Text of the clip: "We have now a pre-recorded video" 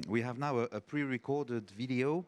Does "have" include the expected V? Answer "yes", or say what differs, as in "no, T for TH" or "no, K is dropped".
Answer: yes